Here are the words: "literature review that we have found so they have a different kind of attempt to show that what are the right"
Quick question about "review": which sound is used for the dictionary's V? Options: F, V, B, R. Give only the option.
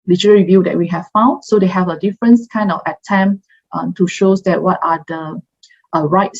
V